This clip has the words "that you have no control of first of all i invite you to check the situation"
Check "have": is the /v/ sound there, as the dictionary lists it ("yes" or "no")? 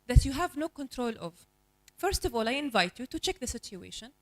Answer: yes